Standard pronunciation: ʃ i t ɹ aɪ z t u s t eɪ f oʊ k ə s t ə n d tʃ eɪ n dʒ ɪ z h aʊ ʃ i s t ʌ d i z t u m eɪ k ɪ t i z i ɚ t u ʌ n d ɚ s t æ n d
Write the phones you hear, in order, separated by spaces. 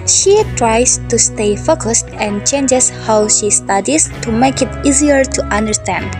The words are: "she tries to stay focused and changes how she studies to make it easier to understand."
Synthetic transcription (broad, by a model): ʃ i t ɹ aɪ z t u s t eɪ f oʊ k ə s t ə n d tʃ eɪ n dʒ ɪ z h aʊ ʃ i s t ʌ d i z t u m eɪ k ɪ t i z i ɚ t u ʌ n d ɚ s t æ n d